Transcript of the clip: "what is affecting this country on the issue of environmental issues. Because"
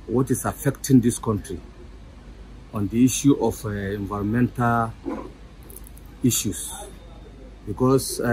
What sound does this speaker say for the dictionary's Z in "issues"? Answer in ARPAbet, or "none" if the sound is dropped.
S